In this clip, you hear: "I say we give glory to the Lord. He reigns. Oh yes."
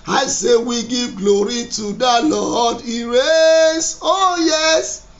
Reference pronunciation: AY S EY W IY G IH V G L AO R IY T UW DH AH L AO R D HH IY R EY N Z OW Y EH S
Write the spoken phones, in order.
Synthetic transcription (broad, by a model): AY S EY W IY G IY V G L AO R IY T UW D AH L AO D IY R EY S OW Y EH S